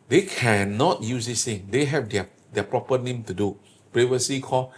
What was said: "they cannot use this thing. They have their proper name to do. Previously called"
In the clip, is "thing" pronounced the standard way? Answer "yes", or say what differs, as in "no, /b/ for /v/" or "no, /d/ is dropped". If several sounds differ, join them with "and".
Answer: no, /t/ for /θ/